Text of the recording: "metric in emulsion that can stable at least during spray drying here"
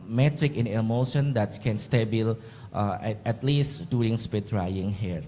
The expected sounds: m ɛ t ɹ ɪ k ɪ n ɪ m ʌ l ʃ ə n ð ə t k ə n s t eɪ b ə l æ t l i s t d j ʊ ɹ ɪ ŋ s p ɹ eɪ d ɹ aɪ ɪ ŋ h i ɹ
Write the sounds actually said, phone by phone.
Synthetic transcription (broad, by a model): m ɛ t ɹ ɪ k ɪ n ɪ m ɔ ʃ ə n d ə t k ə n s t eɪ b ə l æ t l i s t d j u ɹ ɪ ŋ s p eɪ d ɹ aɪ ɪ ŋ h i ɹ